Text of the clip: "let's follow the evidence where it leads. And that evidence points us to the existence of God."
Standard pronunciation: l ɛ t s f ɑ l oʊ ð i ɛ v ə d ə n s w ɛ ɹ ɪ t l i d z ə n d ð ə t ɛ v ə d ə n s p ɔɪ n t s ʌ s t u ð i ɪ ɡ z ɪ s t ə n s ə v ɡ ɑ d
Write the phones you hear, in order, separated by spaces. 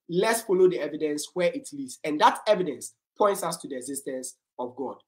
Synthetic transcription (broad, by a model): l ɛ t s f ɑ l oʊ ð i ɛ v ə d ə n s w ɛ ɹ ɪ t l i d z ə n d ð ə t ɛ v ə d ə n s p ɔɪ n t s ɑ s t u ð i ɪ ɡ z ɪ s t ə n s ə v ɡ ɑ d